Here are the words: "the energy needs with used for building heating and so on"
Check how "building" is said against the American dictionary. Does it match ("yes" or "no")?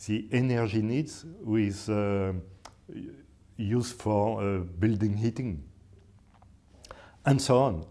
yes